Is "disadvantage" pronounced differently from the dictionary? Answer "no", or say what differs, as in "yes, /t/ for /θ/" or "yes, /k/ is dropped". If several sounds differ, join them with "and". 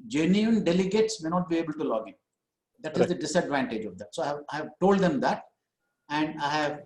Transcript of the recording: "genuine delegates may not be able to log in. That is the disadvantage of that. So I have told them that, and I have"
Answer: no